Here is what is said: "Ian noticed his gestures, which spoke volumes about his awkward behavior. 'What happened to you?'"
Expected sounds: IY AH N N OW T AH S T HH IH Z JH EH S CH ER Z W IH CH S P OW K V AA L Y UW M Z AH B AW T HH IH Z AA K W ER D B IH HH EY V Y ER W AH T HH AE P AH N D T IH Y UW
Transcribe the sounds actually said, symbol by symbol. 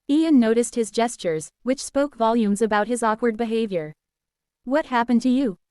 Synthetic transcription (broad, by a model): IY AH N N OW T AH S T HH IH Z JH EH S CH ER Z W IH CH S P OW K V AA L Y UW M Z AH B AW T HH IH Z AA K W ER D B IH HH EY V Y ER W AH T HH AE P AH N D T IH Y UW